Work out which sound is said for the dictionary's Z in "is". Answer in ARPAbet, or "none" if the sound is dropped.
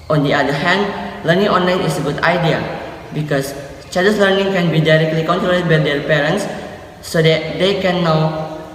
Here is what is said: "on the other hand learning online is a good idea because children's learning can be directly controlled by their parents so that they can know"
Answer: S